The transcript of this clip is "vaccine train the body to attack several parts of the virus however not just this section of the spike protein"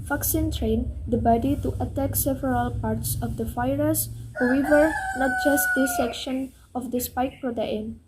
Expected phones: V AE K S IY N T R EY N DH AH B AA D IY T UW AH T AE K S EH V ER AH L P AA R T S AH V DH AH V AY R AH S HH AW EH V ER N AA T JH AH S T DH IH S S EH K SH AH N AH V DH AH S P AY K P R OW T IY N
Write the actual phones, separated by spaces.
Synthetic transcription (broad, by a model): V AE K S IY N T R EY N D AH B AA D IY T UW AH T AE K S EH V ER AH L P AA R T S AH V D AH F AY R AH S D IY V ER N AA T JH AH S T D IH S S EH K SH AH N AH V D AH S P AY K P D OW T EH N